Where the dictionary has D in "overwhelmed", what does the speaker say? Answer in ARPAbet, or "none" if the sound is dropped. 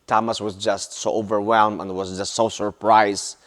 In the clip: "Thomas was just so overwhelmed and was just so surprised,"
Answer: none